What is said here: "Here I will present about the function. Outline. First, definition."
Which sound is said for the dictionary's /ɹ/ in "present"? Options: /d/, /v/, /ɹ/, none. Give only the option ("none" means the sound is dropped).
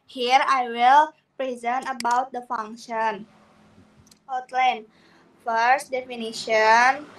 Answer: /ɹ/